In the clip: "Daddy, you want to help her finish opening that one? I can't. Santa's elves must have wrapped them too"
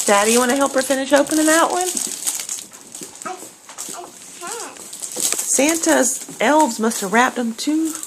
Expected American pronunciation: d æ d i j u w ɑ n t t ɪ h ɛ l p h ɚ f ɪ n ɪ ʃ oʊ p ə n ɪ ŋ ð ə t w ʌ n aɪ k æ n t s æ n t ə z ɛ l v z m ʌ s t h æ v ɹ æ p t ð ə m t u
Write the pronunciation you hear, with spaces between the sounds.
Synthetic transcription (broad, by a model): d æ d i j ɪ w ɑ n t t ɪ h ɛ l p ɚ f ɪ n ɪ ʃ oʊ p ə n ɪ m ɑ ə t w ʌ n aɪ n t s æ n t ə z ɛ l v z m ʌ s t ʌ v ɹ æ p t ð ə m t u